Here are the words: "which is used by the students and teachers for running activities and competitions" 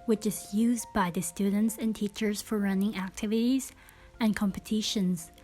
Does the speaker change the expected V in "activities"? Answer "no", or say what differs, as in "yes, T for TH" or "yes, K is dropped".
no